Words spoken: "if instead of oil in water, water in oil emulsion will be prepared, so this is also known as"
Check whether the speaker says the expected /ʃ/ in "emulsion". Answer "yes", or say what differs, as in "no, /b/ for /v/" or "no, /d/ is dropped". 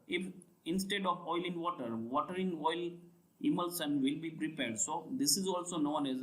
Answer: no, /s/ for /ʃ/